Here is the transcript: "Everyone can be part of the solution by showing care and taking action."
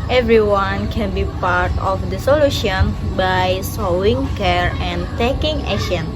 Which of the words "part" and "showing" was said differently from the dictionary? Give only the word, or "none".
showing